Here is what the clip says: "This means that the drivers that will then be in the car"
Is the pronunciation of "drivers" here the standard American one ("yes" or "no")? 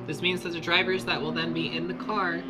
yes